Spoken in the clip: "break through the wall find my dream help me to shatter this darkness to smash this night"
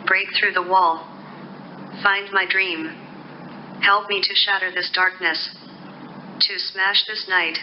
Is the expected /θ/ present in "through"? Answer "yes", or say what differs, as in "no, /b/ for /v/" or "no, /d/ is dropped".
yes